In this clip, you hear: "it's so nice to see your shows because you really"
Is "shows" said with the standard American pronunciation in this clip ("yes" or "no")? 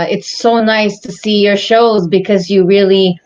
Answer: yes